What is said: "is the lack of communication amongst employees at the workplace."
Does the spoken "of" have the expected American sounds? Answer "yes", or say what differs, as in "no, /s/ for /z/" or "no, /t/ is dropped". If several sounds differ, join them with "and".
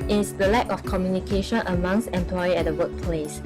no, /f/ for /v/